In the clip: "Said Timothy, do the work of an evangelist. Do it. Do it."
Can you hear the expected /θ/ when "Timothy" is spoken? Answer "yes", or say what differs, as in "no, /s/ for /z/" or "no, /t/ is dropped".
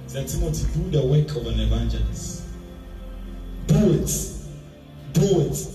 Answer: no, /t/ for /θ/